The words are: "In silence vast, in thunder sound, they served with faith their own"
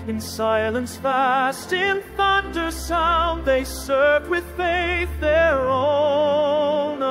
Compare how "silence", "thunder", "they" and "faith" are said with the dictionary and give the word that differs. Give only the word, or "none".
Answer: none